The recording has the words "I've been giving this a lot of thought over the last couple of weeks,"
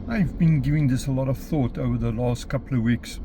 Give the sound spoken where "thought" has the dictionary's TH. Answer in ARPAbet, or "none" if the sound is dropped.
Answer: TH